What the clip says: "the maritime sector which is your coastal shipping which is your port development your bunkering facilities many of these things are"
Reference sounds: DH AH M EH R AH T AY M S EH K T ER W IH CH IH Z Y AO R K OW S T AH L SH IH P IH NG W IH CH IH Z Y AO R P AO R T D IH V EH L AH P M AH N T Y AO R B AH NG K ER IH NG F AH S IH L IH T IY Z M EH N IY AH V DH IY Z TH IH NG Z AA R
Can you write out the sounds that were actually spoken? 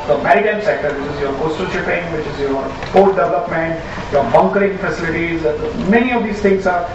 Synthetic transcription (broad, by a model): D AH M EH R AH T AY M S EH K T ER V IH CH IH Z Y AO R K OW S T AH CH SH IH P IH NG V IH CH IH Z Y AO R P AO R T D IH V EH L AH P M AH N T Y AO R B AH NG K ER IH NG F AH S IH L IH T IY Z M EH N IY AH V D IY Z T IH NG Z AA R